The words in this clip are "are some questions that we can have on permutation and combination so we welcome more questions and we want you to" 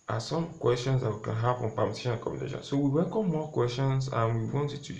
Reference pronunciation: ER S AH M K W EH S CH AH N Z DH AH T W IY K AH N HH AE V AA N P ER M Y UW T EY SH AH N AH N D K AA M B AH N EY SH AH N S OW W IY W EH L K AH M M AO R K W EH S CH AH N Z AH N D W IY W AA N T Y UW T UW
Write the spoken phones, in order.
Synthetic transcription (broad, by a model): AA S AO M K W EH S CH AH N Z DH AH T W IY K AH N HH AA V AA N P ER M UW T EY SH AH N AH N K AA M B AH N EY SH AH N S OW W IY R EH K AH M M AO K W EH S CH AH N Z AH N W IY W AA N T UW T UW